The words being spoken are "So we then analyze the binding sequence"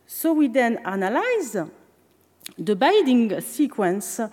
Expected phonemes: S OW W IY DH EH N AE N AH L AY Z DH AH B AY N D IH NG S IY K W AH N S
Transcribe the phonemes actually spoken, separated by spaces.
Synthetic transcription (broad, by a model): S OW W IY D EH N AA N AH L AY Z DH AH B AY D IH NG S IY K W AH N S